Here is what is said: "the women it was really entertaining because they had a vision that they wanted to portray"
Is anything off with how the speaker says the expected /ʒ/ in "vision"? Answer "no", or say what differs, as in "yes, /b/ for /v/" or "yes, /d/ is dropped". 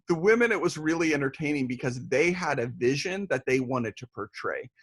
no